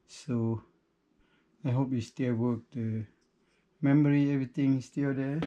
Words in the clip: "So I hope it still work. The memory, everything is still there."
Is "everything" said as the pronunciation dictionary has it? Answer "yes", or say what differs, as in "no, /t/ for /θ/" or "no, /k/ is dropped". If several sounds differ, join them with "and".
no, /t/ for /θ/